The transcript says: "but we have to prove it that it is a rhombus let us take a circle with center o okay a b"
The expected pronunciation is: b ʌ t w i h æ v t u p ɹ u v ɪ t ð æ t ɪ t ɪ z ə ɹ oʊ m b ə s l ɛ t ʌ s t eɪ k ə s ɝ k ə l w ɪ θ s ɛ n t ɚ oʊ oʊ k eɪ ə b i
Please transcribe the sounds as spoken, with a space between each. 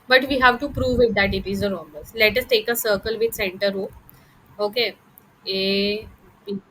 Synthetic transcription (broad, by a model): b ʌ t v i h æ v t u p ɹ u v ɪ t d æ t ɪ t ɪ z ə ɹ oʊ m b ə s l ɛ t ʌ s t eɪ k ə s ɝ k ə l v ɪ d s ɛ n t ɚ oʊ oʊ k eɪ ə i